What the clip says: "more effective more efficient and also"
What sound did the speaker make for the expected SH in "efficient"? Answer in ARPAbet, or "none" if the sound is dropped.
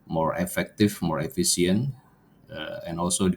S